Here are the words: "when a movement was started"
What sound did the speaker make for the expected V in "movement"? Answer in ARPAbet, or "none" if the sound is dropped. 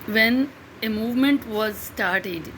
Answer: V